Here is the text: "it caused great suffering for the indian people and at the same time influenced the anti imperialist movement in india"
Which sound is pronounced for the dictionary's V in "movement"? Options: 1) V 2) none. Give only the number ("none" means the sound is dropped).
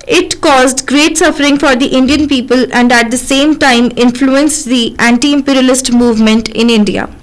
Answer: 1